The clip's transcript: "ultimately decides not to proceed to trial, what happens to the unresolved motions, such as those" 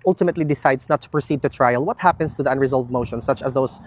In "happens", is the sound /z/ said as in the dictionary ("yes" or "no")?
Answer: no